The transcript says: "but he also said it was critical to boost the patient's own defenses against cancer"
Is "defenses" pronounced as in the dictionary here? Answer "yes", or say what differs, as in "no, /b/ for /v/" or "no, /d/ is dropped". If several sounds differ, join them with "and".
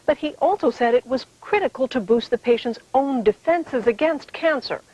yes